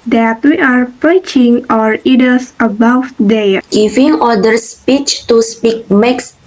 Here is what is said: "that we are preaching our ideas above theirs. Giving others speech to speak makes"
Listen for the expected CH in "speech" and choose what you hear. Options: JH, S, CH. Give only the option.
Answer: CH